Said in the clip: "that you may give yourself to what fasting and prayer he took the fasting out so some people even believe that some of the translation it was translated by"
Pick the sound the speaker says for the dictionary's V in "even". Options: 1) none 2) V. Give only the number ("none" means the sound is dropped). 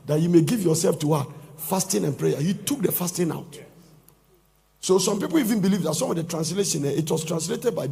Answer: 2